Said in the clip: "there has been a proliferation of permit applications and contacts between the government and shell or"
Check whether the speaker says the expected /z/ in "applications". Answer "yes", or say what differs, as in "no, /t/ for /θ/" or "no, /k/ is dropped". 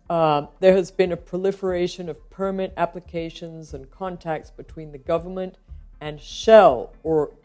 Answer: yes